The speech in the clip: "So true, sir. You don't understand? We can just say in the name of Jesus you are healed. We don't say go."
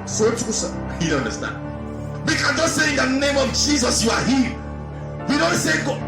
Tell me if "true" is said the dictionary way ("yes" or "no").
no